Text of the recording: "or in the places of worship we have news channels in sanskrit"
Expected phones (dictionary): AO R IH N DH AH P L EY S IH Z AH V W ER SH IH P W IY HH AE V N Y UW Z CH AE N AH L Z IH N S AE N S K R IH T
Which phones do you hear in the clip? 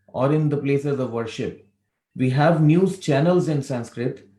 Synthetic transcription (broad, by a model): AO R IH N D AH P L EY S IH Z AH V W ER SH IH P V IY HH AE V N Y UW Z CH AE N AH L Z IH N S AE N S K R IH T